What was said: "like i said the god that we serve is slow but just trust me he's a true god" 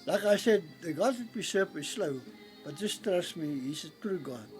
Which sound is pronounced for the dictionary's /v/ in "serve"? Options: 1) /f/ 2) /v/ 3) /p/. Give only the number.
3